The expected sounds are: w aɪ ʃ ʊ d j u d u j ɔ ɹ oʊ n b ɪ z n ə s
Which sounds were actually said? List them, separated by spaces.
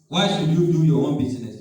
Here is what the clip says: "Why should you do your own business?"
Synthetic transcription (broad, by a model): w aɪ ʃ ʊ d j u d u j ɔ w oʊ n b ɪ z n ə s